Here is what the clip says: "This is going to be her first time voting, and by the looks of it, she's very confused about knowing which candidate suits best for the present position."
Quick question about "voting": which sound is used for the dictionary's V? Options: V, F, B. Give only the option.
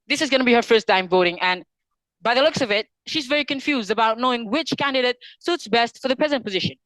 V